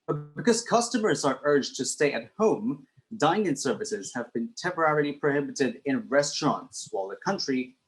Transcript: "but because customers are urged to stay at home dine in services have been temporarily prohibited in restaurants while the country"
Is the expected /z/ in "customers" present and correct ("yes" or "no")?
yes